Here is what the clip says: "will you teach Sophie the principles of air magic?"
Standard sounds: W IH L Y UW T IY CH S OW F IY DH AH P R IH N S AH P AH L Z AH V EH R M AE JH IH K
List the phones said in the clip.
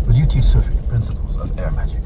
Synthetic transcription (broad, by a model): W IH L Y UW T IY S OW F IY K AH P R IH N S AH P AH L Z AH V EH R M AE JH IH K